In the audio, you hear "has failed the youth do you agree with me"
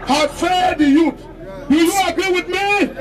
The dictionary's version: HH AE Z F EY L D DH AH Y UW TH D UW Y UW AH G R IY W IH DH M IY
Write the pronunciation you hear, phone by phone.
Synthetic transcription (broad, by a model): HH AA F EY D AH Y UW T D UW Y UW AH G R IY W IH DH M IY